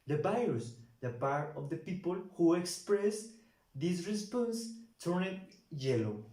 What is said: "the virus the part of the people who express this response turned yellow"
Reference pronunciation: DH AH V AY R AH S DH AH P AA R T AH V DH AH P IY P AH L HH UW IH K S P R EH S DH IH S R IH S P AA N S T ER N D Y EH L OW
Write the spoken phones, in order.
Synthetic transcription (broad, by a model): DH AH B AY AH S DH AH P AA R T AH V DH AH P IY P AH L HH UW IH K S P R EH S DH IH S R IH S P AA N S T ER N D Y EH L OW